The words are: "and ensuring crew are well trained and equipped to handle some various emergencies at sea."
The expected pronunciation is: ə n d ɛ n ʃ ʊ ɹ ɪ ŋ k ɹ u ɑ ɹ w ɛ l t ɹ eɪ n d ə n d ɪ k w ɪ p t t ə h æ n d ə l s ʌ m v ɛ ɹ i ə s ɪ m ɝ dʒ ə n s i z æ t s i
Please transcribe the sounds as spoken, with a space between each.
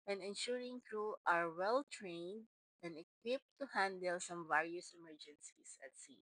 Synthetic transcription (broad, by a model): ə n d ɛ n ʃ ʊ ɹ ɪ ŋ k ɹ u ɑ ɹ w ɛ l t ɹ eɪ n d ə n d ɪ k w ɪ p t t ə h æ n d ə l s ʌ m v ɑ ɹ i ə s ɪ m ɝ dʒ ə n s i s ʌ t s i